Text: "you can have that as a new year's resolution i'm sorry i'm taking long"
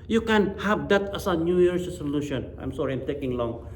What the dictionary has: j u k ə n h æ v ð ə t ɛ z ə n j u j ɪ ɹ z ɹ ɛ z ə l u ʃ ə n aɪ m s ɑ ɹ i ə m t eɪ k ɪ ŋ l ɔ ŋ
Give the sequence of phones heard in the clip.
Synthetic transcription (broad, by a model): j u k ə n h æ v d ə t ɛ s ə n j u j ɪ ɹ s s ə l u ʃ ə n aɪ m s ɑ ɹ i ə m t eɪ k ɪ ŋ l ɔ ŋ